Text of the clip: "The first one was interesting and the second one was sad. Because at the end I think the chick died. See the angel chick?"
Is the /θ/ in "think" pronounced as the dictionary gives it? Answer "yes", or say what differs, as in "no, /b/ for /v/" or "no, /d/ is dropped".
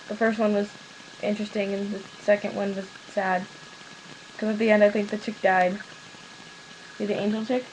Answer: yes